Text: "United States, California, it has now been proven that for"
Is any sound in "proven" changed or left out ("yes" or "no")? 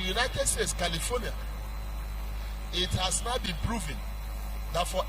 no